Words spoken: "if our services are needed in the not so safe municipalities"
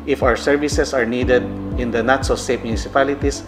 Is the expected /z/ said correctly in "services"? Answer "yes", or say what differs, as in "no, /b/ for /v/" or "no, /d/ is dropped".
no, /s/ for /z/